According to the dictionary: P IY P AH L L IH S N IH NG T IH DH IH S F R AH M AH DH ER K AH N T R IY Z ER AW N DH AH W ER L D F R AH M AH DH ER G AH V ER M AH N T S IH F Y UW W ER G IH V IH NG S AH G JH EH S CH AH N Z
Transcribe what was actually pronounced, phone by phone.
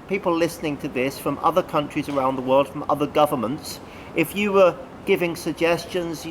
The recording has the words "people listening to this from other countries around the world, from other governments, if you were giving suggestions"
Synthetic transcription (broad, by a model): P IY P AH L L IH S N IH NG T IH DH IH S F R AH M AH DH ER K AH N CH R IY Z ER AW N DH AH W ER L D F R AH M AH DH ER G AH V ER M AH N T S IH F Y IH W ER G IH V IH NG S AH G JH EH S CH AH N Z